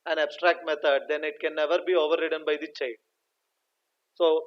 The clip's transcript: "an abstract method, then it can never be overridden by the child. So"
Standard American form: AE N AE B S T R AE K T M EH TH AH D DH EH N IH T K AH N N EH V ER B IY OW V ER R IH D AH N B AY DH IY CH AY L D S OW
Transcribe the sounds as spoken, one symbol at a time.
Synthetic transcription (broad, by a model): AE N AE B S T R AE K T M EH T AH D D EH N IH T K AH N N EH V ER B IY OW V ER R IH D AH N B AY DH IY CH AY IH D S OW